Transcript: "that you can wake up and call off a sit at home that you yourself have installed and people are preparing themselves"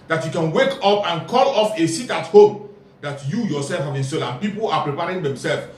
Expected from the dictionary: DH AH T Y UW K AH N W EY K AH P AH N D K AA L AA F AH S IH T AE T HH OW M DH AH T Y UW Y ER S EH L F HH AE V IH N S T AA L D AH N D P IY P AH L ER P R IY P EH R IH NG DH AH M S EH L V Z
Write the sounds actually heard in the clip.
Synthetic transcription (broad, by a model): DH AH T Y UW K AH N W EY K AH P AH N K AA L AA F AH S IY T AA T HH OW M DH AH T Y UW Y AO S EH L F HH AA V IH N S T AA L AH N P IY P AH L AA P R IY P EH R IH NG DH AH M S EH L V